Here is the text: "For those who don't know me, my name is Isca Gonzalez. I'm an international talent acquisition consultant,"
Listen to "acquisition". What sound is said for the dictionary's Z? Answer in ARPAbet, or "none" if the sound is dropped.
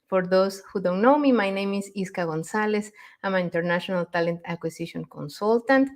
S